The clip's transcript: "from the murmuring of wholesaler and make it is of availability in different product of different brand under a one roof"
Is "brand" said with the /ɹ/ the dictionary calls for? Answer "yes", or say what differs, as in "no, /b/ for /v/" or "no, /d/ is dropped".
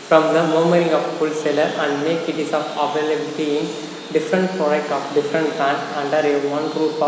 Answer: no, /ɹ/ is dropped